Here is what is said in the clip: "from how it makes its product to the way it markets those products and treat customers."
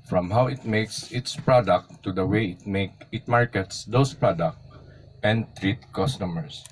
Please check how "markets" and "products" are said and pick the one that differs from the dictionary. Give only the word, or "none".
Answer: products